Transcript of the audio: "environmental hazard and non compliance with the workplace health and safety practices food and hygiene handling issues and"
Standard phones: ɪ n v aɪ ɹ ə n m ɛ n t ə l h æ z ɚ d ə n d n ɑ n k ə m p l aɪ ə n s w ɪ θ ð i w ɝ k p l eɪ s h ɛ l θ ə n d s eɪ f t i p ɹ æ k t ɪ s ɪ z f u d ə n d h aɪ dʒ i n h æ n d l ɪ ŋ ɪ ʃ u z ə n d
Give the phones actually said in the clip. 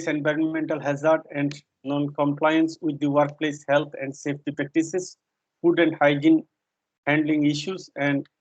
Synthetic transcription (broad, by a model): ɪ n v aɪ ɹ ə n m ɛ n t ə l h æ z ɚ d ə n d n ɑ n k ə m p l aɪ ə n s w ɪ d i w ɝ k p l eɪ s h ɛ l t ə n d s eɪ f t i p ɹ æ k t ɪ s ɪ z f u d ə n d h aɪ dʒ i n h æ n d l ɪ ŋ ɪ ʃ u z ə n d